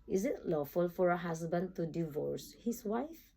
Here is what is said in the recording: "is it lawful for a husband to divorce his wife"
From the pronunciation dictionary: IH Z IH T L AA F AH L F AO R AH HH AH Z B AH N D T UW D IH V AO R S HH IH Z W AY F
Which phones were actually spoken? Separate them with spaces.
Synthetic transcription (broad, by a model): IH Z IH T L AA F AH L F AO R AH HH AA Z B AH N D T UW D IH V AO R S HH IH S W AY F